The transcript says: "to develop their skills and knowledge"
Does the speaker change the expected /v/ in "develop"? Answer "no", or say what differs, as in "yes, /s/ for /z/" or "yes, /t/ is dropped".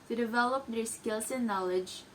no